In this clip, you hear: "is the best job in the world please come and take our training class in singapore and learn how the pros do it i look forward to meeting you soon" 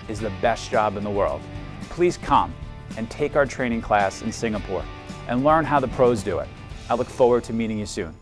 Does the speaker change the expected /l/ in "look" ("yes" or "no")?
no